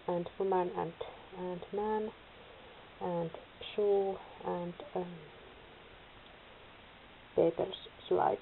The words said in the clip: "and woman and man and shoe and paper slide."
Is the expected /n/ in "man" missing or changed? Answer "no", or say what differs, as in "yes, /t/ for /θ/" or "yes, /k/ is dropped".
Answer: no